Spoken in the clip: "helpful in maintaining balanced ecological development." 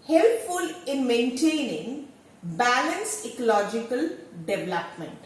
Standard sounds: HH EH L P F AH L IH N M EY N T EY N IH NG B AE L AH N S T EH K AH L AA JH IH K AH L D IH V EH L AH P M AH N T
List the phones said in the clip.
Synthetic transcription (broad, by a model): HH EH L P F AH L IH N M EY N T EY N IH NG B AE L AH N S EH K AH L AA JH IH K AH L D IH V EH L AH P M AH N T